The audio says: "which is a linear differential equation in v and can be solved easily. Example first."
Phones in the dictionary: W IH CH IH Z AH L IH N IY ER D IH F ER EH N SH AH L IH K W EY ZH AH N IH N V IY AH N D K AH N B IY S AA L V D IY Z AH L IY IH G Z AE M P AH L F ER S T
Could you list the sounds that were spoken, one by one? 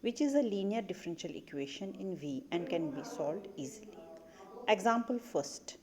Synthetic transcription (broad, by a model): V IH CH IH Z AH L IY N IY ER D IH F ER EH N SH AH L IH K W EY SH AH N IH N V IY AH N D K AH N B IY S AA L D IY Z AH L IY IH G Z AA M P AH L F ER S T